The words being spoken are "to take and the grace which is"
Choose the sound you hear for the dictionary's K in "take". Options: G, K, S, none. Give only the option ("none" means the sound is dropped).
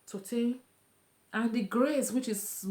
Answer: none